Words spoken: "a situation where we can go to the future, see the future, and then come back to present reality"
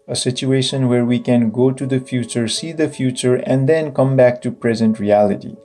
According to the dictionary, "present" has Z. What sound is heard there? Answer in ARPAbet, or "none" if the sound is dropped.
Z